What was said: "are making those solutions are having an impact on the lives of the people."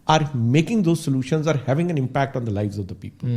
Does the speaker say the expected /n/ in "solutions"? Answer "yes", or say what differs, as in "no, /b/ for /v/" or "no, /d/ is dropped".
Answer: yes